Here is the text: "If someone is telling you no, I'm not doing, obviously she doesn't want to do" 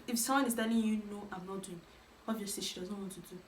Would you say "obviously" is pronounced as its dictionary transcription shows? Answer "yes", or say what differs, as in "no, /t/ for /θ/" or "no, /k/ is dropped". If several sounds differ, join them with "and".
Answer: no, /l/ is dropped